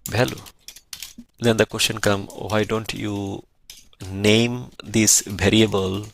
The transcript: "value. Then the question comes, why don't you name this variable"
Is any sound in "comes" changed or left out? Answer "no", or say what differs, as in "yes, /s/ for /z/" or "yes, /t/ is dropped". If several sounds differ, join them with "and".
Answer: yes, /z/ is dropped